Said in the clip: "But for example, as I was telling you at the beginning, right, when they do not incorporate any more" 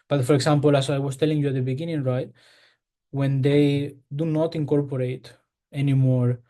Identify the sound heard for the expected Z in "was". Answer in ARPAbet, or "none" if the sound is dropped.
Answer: S